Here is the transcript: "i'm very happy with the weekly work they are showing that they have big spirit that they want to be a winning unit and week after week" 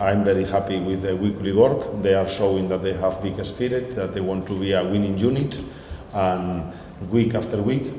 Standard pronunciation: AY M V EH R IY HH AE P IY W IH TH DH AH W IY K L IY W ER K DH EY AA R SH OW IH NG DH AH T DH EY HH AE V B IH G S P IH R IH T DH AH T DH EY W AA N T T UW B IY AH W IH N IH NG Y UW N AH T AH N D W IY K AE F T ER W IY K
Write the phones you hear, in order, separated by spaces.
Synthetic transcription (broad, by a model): AY M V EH R IY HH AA P IY W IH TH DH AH W IY K L IY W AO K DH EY AA R SH OW IH NG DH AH T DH EY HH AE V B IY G S F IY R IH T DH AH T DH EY W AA N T T UW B IY AH W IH N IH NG Y UW N AH T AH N W IY K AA F T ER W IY K